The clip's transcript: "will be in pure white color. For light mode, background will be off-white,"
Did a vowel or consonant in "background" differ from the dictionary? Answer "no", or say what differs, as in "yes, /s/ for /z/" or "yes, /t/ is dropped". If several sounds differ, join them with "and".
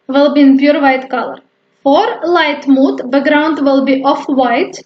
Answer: yes, /k/ is dropped